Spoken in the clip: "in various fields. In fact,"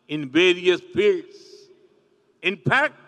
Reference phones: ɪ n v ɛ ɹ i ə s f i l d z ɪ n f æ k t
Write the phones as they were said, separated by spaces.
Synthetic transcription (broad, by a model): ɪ n v ɛ ɹ i ə s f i d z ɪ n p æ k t